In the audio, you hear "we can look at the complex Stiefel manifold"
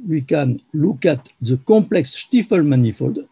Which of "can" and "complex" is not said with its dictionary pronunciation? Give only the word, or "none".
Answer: none